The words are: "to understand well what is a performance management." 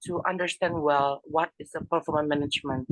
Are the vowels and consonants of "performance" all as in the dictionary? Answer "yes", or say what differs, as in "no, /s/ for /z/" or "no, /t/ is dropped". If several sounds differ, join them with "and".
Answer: no, /s/ is dropped